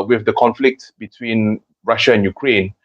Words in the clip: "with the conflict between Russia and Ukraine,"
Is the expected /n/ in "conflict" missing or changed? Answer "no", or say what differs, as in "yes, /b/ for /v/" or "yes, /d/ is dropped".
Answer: no